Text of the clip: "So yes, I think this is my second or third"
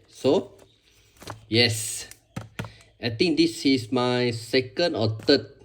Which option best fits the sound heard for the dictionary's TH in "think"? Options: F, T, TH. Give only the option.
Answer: T